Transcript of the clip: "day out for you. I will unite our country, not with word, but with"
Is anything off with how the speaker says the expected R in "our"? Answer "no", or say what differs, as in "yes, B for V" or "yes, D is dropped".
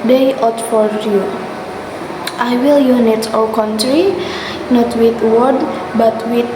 yes, L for R